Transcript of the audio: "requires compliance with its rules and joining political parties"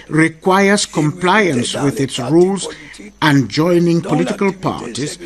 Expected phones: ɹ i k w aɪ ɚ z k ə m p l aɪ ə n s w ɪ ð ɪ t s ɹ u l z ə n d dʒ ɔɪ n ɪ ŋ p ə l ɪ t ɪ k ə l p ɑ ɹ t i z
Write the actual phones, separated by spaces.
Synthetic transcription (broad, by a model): ɹ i k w aɪ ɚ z k ə m p l aɪ ə n s w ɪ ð ɪ t s ɹ u l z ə n dʒ ɔɪ n ɪ ŋ p ə l ɪ t ɪ k ə l p ɑ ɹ t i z